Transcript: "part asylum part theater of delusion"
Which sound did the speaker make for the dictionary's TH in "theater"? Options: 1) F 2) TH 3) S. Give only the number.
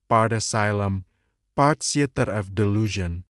3